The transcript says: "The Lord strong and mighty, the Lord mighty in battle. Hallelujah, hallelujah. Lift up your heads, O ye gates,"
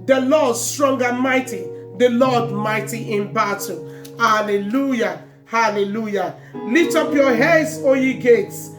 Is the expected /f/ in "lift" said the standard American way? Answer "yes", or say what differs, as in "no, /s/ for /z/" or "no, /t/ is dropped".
no, /f/ is dropped